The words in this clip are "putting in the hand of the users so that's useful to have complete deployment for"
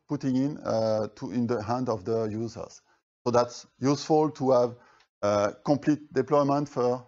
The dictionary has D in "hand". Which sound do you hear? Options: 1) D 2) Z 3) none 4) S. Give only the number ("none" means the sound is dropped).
1